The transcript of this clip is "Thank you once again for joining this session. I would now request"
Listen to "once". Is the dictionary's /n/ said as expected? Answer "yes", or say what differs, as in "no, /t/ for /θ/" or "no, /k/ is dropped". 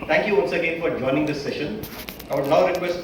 no, /l/ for /n/